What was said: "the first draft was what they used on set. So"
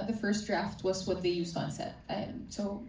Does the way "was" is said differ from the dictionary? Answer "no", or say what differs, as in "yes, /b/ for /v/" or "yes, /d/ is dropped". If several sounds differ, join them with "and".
no